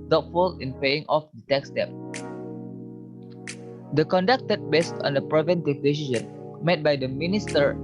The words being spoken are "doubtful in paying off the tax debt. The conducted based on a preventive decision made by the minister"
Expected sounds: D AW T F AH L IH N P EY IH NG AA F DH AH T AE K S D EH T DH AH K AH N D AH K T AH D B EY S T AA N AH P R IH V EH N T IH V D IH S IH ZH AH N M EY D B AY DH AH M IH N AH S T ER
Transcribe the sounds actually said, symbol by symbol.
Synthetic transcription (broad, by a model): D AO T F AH L IH N P EY IH NG AA F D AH T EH K S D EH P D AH K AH N D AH K T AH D B EY S T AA N AH P R IH V EH N T IH V D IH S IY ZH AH N M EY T B AY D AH M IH N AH S T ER